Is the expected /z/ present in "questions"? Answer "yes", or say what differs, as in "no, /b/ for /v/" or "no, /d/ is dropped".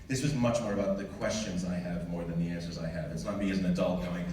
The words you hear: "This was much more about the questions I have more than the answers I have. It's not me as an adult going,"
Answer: yes